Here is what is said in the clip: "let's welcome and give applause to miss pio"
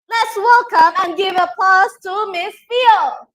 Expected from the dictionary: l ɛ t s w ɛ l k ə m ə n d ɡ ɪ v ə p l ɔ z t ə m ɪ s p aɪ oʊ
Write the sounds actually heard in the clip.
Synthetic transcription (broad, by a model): l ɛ t s w ɛ l k ə m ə n ɡ ɪ v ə p ɔ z t ə m ɪ s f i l